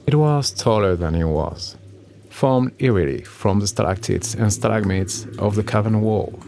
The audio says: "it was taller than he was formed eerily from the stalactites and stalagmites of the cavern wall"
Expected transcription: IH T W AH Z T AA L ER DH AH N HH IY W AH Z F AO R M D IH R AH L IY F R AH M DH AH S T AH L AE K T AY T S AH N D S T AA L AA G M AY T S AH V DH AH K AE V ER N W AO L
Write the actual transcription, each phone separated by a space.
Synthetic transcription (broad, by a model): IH T W AH Z T AA L ER DH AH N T W AH Z F AO R M D IH R AH L IY F R AH M DH AH S T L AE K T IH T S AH N S T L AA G M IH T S AH V DH AH K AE V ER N W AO L